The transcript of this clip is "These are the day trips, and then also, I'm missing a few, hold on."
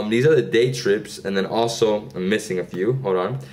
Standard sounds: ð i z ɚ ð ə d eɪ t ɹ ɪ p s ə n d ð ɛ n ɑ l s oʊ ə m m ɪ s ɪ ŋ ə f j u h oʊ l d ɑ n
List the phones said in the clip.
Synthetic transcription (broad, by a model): ð i z ɚ ð ə d eɪ t ɹ ɪ p s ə n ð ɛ n ɑ l s oʊ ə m m ɪ s ɪ ŋ ə f j u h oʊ d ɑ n